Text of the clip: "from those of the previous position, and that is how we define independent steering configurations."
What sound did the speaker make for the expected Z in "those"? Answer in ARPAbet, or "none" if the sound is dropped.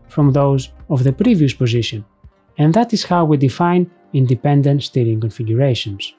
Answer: Z